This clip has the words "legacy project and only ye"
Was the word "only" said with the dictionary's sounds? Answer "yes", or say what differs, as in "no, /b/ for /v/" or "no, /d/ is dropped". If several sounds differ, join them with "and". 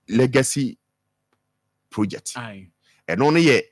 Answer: no, /l/ is dropped